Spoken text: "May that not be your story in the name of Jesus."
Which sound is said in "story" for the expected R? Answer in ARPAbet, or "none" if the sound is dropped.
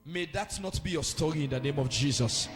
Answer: R